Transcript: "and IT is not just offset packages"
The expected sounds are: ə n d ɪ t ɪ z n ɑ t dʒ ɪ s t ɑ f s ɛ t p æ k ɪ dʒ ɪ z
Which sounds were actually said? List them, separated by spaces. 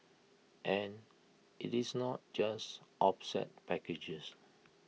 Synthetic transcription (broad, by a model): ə n ɪ t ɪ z n ɑ t dʒ ɪ s t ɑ p s ɛ t p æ k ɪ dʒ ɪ s